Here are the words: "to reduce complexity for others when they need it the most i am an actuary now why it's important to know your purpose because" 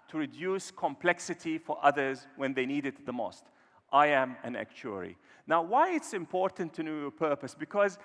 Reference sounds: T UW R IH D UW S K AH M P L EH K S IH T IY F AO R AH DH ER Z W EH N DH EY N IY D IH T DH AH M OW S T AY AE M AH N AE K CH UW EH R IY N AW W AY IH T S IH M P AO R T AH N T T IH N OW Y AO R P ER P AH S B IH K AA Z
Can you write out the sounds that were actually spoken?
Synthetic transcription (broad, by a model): T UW R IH D UW S K AH M P L EH K S IH T IY F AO R AH DH ER Z W EH N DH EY N IY D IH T DH AH M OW S T AY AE M AH N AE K CH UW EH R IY N AW W AY IH T S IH M P AO R T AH N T T IH N OW Y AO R P ER P AH S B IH K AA Z